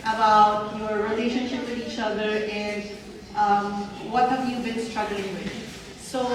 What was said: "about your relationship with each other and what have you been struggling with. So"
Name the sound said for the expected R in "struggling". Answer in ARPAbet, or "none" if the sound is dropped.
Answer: R